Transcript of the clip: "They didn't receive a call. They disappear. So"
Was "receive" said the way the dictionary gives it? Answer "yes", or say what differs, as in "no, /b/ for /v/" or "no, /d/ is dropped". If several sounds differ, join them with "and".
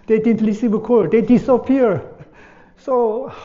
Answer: no, /l/ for /ɹ/